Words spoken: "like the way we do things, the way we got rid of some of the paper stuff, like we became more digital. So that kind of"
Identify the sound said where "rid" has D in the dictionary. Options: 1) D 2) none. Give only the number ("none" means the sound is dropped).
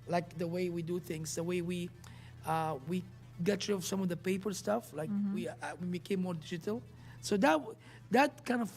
2